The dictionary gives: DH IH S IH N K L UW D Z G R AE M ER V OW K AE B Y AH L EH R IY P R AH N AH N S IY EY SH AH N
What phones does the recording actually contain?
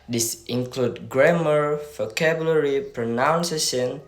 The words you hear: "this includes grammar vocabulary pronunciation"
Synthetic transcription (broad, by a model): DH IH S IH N K L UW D G R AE M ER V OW K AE B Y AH L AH R IY P R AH N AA N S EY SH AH N